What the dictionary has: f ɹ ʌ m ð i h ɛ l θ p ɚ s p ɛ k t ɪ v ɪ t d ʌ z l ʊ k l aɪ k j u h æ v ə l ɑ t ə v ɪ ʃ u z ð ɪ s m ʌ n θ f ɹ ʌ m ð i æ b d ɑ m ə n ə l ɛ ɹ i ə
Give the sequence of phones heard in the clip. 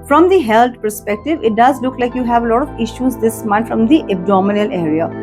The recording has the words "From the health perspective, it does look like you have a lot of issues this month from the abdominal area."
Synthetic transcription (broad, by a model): f ɹ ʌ m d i h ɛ l t p ɚ s p ɛ k t ɪ v ɪ t d ʌ z l ʊ k l aɪ k j u h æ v ə l ɑ t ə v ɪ ʃ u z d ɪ s m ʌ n t f ɹ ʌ m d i æ b d ɑ m ə n ə l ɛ ɹ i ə